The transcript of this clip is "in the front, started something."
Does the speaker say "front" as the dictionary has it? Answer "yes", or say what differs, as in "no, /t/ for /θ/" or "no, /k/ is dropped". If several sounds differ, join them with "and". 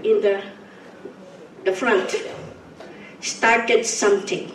yes